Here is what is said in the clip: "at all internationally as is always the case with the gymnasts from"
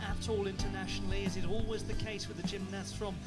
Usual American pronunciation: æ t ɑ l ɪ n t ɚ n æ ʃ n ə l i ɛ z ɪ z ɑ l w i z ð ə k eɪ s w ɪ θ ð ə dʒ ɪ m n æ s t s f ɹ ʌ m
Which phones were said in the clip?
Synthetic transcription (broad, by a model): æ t ɑ l ɪ n t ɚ n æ ʃ n l i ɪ z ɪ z ɑ l w i z ð ə k eɪ s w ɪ ð ə dʒ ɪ m n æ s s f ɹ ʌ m